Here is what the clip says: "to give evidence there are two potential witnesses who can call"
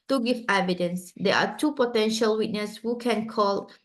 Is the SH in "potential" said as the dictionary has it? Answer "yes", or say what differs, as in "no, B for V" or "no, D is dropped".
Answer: yes